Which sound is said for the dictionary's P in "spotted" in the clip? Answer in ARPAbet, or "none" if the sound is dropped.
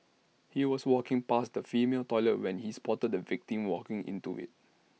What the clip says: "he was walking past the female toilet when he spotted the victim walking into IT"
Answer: P